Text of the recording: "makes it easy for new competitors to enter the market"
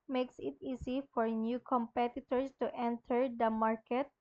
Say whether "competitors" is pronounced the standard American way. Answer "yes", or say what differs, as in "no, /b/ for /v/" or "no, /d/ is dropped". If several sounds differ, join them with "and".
no, /s/ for /z/